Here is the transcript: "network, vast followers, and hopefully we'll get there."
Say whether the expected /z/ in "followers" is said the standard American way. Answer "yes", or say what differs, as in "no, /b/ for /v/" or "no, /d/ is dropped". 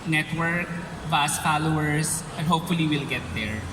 no, /s/ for /z/